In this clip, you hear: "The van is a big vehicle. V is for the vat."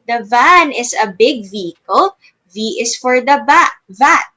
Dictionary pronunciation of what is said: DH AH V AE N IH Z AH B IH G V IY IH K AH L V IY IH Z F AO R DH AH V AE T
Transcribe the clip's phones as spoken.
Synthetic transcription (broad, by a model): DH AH V AE N IH S AH B IH G V IY IH K AH L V IY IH S F AO R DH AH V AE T